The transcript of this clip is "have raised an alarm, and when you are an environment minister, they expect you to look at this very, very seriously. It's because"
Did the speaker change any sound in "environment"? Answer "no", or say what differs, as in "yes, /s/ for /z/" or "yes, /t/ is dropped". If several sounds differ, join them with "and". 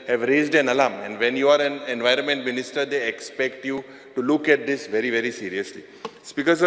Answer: no